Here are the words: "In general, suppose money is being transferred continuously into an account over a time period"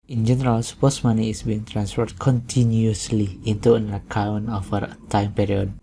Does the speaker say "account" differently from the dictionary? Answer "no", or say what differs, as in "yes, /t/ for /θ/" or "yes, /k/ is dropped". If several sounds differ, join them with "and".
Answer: yes, /t/ is dropped